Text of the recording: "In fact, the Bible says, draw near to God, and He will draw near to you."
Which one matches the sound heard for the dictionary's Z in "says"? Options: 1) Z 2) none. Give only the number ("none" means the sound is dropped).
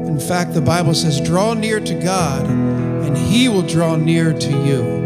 1